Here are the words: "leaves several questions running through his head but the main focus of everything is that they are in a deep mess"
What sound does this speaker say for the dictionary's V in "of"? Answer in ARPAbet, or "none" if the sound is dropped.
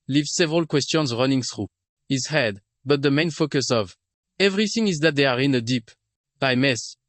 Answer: V